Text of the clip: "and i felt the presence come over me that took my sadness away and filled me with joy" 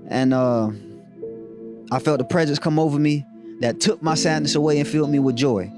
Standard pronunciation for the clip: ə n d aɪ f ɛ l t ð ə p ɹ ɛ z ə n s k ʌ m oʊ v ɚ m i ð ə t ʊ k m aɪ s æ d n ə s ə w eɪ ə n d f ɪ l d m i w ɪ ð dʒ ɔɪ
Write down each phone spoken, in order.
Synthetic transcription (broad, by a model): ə n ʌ aɪ f ɛ l t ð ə p ɹ ɛ z ə n s k ʌ m oʊ v ɚ m i ð ə t ʊ k m aɪ s æ d n ə s ə w eɪ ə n f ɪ l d m i w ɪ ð dʒ ɔɪ